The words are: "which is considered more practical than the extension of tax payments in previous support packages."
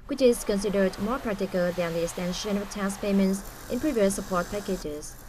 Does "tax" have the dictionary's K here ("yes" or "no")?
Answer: no